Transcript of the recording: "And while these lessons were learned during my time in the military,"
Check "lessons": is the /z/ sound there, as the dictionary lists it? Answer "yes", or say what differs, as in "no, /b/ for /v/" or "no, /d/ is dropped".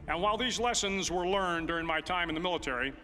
yes